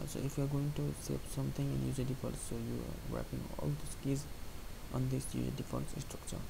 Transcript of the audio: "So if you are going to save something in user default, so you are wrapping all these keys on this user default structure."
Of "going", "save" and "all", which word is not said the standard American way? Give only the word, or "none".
save